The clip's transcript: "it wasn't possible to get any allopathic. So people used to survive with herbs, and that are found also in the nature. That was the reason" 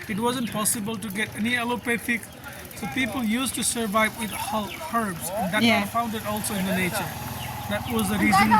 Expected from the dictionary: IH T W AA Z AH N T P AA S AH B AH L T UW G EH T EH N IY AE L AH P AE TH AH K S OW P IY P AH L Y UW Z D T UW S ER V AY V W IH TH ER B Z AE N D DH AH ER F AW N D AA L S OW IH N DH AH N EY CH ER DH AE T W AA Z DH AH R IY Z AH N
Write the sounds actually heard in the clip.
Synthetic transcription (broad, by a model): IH T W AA Z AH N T P AA S AH B AH L T UW G EH T EH N IY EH L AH P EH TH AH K S OW P IY P AH L Y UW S T UW S ER V AY V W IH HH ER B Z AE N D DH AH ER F AW N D AA L S OW IH N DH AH N EY CH ER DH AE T W AA Z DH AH R IY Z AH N